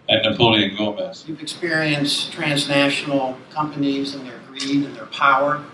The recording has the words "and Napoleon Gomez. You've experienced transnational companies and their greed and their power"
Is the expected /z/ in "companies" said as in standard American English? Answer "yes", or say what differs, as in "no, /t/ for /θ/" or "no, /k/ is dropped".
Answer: yes